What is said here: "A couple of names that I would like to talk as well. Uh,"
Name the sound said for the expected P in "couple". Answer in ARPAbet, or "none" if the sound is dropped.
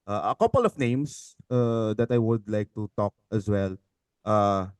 P